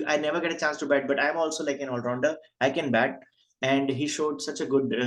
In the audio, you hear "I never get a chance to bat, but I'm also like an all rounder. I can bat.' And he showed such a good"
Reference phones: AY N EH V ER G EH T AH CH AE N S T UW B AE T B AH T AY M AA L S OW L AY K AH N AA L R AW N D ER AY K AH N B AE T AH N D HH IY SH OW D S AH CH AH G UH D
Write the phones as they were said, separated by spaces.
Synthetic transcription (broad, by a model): AY N EH V ER G EH T AH CH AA N S T UW B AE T B AH T AY M AA L S OW L AY K AH N AA L R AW N D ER AY K AH N B AE T AH N D HH IY SH OW D S AH CH AH G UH D